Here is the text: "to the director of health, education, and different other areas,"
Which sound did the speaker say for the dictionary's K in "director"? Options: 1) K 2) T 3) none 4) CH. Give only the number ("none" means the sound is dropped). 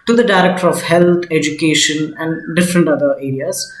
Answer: 1